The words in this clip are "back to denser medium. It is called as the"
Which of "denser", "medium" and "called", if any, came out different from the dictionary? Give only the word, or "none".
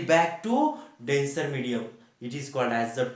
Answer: none